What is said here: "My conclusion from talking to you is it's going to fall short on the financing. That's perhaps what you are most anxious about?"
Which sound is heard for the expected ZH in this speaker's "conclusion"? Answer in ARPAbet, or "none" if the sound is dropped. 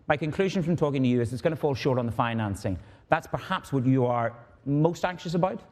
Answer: ZH